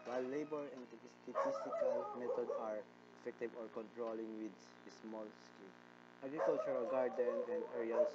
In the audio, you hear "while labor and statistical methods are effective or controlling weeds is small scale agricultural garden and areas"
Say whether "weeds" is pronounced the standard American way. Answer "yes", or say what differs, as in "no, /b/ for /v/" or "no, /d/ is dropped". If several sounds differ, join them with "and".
no, /z/ is dropped